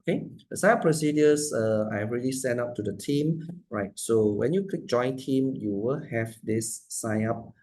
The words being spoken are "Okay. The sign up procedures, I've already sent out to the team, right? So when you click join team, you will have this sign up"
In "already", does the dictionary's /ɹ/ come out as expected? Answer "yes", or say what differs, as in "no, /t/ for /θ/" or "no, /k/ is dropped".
no, /ɹ/ is dropped